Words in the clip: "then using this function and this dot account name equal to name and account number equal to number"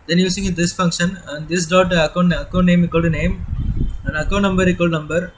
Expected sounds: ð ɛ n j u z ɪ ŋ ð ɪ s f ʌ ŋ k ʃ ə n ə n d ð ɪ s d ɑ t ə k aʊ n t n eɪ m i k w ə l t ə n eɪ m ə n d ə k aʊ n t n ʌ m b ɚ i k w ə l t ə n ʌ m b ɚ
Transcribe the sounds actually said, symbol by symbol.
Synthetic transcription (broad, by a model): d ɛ n j u s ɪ ŋ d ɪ s f ʌ ŋ k ʃ ə n ə n d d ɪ s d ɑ t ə k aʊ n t n eɪ m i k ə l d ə n eɪ m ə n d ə k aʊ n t n ʌ m b ɚ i k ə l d n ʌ m b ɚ